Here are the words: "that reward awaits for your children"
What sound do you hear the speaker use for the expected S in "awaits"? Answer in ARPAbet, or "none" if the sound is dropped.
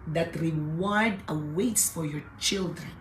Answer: S